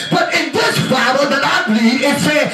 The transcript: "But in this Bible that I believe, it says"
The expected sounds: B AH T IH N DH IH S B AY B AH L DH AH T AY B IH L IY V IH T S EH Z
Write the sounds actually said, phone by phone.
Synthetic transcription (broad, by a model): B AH T IH N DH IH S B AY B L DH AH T AY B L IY IH T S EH